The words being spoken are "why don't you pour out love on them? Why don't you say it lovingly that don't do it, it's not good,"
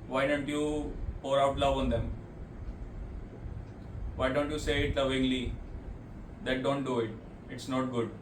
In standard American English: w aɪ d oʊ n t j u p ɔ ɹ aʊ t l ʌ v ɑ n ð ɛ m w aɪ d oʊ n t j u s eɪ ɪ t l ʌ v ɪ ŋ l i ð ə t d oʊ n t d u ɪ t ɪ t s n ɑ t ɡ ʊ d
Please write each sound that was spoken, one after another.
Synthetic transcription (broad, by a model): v aɪ d oʊ n t j u p ɔ ɹ aʊ t l ʌ v ɑ n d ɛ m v aɪ d oʊ n t j u s eɪ ɪ t l ʌ v ɪ ŋ l i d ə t d oʊ n t d u ɪ t ɪ t s n ɑ t ɡ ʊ d